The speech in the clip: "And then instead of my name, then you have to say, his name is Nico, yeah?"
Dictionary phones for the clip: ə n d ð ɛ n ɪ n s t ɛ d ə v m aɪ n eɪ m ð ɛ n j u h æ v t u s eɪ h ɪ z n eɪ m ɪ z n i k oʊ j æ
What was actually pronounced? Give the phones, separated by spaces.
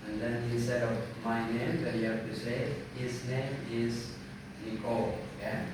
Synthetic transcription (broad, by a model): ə n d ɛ n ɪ s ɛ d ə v m aɪ n eɪ m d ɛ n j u h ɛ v t u s eɪ h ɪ s n eɪ m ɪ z n i k oʊ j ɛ